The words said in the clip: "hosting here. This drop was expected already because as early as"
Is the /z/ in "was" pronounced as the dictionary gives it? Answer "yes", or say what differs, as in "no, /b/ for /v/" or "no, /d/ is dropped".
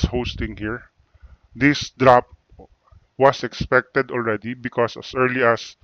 no, /s/ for /z/